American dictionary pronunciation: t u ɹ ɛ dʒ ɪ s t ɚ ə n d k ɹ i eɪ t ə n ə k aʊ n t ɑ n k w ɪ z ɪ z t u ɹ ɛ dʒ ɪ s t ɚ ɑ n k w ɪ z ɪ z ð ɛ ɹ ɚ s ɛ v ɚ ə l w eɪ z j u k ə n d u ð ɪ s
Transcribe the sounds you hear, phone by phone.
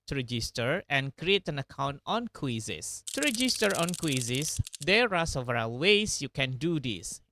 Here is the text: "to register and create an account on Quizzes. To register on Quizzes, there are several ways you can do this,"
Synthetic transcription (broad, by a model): t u ɹ ɛ dʒ ɪ s t ɚ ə n k ɹ i eɪ t ə n ə k aʊ n t ɑ n k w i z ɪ s t u ɹ ɛ dʒ ɪ s t ɚ ɑ n k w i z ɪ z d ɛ ɹ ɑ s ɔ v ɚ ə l w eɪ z j u k ə n d u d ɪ s